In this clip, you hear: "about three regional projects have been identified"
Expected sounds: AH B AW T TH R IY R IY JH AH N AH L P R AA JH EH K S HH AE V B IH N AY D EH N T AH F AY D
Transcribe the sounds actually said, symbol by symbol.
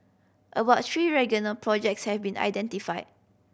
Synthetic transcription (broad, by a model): AH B AW T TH R IY R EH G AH N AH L P R AA JH EH K S HH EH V B IH N AY D EH N T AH F AY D